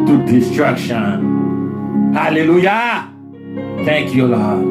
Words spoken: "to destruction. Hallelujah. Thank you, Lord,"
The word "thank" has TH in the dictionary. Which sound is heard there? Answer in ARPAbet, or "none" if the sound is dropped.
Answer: T